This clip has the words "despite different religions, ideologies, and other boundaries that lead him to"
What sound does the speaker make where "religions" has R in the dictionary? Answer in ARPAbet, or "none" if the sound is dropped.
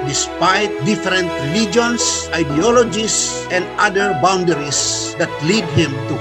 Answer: L